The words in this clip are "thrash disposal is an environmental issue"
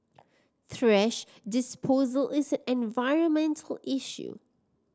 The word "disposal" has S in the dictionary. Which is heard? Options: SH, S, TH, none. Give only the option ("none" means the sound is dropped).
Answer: S